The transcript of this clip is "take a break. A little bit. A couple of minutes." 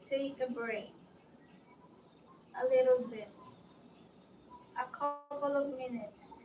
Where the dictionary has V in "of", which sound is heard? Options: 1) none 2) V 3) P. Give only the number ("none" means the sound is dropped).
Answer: 2